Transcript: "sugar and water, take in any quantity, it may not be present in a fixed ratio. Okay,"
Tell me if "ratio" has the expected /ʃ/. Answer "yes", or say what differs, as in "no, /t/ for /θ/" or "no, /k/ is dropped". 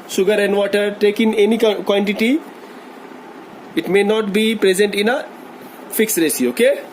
no, /s/ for /ʃ/